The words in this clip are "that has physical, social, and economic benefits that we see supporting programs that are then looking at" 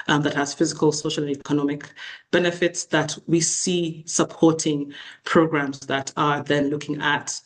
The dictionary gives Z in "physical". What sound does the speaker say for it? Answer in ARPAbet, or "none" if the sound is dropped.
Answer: Z